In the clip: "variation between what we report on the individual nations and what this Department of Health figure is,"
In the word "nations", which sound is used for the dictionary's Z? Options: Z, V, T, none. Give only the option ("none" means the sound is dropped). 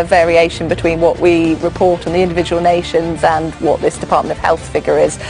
Z